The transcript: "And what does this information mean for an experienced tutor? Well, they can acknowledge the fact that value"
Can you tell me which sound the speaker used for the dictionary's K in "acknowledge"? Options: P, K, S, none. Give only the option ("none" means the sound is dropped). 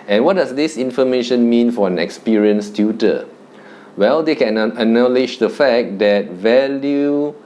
none